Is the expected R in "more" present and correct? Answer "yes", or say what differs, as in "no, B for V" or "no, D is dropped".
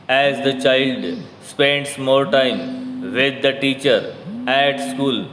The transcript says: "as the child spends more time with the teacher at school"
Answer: no, L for R